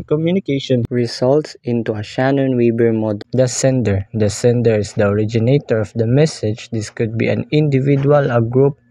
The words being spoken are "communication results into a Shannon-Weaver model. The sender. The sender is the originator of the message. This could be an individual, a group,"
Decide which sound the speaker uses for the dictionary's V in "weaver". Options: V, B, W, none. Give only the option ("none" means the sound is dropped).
B